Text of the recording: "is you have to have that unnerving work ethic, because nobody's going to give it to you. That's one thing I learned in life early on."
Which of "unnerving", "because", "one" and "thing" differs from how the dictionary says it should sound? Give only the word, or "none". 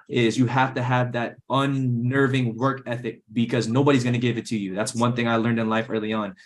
none